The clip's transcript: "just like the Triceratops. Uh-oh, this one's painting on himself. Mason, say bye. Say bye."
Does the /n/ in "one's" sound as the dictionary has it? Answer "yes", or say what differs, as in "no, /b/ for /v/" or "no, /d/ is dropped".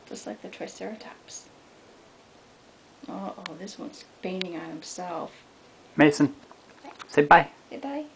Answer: yes